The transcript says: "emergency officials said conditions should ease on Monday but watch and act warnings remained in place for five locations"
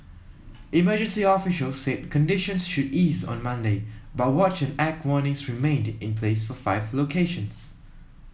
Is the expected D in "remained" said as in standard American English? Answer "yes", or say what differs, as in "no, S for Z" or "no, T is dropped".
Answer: yes